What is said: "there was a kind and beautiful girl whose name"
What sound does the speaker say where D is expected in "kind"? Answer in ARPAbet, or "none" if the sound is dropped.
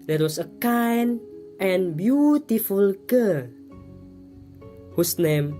none